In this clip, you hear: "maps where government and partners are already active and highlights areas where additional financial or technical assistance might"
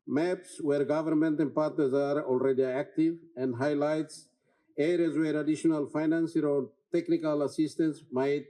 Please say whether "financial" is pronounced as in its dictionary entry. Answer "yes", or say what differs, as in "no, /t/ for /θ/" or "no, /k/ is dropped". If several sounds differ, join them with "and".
no, /s/ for /ʃ/